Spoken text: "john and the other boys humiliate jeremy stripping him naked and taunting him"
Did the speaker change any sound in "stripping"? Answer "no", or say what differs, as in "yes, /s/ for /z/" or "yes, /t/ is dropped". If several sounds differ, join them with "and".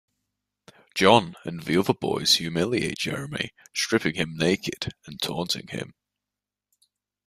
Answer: yes, /ʃ/ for /s/